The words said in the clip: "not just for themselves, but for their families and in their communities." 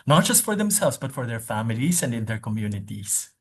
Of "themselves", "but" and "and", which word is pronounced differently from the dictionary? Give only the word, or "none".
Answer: themselves